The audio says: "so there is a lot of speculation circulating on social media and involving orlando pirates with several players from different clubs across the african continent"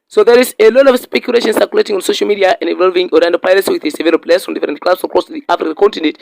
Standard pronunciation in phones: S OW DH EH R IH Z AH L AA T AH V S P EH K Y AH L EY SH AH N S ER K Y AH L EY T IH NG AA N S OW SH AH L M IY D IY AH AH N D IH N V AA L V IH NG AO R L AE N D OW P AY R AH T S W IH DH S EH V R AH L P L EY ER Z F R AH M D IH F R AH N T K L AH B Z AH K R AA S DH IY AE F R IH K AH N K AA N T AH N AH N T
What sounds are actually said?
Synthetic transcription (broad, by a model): S OW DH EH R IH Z AH L AA T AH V S P EH K Y AH L EY SH AH N S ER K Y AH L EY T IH NG AA N S OW SH AH L M IY D IY AH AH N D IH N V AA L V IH NG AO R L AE N D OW P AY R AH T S W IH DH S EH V AH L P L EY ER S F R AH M D IH F R AH N T K L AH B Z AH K R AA S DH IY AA F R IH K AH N K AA N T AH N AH N T